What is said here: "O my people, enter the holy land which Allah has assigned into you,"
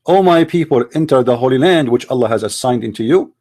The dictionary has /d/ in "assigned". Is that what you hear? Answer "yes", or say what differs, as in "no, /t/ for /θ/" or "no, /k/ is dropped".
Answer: yes